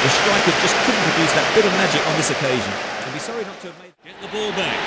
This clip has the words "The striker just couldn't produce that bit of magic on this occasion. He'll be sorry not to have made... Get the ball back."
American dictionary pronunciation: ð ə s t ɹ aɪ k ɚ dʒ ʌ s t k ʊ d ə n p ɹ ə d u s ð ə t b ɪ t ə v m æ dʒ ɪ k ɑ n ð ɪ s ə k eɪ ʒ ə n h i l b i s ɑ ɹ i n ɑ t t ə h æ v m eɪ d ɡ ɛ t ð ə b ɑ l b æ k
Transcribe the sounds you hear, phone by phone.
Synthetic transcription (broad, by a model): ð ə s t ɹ aɪ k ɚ dʒ ʌ s k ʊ d n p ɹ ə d u s ð ə t b ɪ t ə v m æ dʒ ɪ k n ð ɪ s ə k eɪ ʒ ə n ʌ b i s ɑ ɹ i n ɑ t t ə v m eɪ d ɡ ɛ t ð ə b ɑ l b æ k